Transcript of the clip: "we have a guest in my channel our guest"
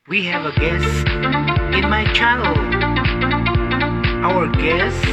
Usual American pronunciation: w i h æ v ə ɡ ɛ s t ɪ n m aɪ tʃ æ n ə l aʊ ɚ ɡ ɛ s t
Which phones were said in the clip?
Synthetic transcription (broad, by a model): w i h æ v ə ɡ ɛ s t ɪ n m aɪ tʃ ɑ ə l aʊ ɚ ɡ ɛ s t